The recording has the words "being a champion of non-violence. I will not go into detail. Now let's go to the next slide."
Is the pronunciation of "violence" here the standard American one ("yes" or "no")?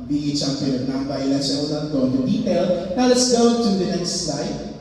no